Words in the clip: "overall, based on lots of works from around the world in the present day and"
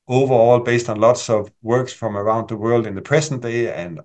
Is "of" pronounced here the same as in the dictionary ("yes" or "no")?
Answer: yes